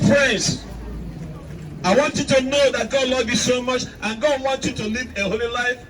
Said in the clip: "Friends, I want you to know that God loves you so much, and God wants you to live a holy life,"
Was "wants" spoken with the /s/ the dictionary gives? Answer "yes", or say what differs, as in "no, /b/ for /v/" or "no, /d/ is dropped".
no, /s/ is dropped